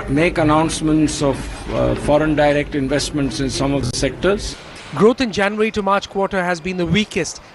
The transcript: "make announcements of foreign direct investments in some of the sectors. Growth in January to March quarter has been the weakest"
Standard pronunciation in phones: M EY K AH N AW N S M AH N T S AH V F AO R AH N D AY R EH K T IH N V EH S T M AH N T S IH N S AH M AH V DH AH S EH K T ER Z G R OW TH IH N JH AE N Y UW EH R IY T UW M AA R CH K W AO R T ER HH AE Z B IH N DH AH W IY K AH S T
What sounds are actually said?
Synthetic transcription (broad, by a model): M EY K AH N AW N S M AH N T S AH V F AO R AH N D AY R EH K T IH N V EH S T M AH N T S IH N S AH M AH V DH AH S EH K T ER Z G R OW T IH N JH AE N Y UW R IY T UW M AA R CH K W AO T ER HH AE Z B IH N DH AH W IY K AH S T